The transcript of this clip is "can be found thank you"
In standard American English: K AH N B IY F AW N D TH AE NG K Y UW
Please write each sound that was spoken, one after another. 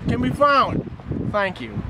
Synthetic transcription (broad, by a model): K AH N B IY F AW N D TH AE NG K Y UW